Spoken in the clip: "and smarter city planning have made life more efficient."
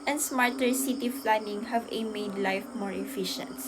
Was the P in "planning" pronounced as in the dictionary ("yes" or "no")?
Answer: no